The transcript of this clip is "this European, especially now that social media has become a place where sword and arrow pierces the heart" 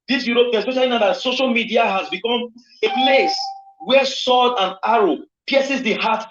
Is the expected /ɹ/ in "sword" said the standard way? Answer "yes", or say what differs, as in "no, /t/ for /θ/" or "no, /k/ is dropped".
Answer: no, /l/ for /ɹ/